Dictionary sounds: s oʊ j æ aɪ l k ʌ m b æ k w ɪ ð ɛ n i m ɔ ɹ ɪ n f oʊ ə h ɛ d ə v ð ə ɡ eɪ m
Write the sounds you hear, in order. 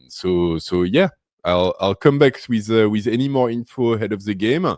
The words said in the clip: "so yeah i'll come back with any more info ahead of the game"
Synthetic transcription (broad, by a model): s oʊ j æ aɪ l k ʌ m b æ k w ɪ ð ɛ n i m ɔ ɹ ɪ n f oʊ ə h ɛ d ə v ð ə ɡ eɪ m